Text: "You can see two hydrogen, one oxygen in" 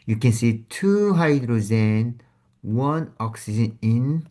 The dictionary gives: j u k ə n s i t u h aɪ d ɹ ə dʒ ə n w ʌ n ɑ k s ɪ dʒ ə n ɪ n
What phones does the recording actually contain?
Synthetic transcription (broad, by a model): j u k ə n s i t u h aɪ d ɹ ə z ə n w ʌ n ɑ k s ɪ dʒ ə n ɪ n